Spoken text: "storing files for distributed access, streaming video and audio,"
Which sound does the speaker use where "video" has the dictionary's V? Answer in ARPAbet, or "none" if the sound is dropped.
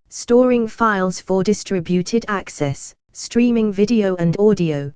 V